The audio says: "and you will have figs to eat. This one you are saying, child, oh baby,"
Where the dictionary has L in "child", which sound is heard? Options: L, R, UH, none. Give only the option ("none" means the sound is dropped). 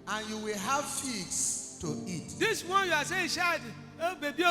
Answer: none